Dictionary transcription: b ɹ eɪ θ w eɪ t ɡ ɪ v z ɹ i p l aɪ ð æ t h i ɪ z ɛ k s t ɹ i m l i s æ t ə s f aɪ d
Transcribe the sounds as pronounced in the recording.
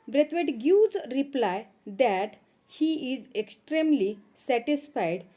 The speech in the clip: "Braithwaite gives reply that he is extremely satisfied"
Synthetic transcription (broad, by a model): b ɹ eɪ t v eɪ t ɡ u z ɹ i p l aɪ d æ t h i ɪ z ɛ k s t ɹ i m l i s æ t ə s f aɪ d